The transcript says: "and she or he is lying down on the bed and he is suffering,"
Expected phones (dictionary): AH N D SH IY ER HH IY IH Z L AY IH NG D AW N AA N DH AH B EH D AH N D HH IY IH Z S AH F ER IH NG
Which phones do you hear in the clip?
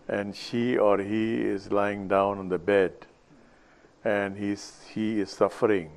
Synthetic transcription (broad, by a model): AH N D SH IY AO HH IY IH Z L AY IH NG D AW N AA N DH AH B EH D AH N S HH IY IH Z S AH F ER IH NG